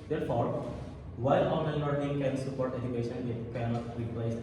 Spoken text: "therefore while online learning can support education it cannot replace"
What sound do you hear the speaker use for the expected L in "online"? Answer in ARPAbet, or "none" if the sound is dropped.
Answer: none